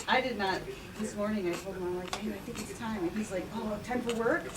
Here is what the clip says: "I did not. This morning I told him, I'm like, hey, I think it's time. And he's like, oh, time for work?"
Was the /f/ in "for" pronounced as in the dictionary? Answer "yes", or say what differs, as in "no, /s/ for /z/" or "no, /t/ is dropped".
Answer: no, /p/ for /f/